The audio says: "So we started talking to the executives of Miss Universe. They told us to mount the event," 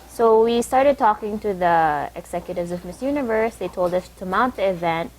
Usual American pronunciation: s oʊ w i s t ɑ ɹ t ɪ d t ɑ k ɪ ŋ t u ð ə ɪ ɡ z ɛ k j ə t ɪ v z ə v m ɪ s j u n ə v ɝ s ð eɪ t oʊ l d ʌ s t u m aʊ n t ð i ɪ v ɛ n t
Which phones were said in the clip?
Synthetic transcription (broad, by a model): s oʊ w i s t ɑ ɹ t ɪ d t ɑ k ɪ ŋ t u ð ə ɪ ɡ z ɛ k j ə t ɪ v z ə v m ɪ s j u n ə v ɝ s ð eɪ t oʊ l d ʌ s t u m aʊ n t ð i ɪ v ɛ n t